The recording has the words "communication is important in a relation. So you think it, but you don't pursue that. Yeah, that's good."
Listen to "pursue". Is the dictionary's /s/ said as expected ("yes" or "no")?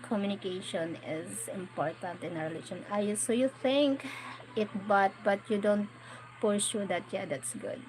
no